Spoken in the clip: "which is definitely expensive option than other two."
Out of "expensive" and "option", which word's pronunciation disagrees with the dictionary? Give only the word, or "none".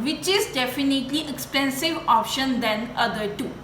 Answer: none